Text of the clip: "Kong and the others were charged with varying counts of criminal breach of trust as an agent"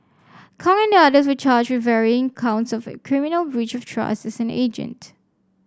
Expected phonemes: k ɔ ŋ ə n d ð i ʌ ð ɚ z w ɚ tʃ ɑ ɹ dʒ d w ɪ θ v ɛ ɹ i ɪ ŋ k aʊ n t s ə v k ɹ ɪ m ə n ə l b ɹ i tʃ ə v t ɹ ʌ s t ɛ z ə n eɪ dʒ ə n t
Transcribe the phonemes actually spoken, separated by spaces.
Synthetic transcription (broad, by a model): k ɔ ŋ ə n d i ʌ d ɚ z w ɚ tʃ ɑ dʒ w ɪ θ v ɛ ɹ i ɪ ŋ k aʊ n t s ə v k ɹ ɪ m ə n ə l b ɹ i tʃ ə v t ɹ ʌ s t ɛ s ə n eɪ dʒ ə n t